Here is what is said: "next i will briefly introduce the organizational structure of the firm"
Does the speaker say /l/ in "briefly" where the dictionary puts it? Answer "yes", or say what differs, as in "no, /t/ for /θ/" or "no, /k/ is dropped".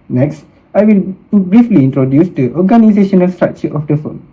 yes